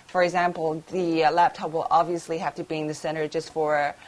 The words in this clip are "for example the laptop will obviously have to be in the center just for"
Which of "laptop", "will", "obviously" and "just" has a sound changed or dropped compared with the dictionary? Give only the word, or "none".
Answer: none